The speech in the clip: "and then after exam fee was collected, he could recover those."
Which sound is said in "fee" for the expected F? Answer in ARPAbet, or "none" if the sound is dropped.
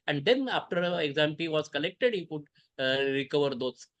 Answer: P